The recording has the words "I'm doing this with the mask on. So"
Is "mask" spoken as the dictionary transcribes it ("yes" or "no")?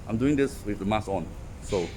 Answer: no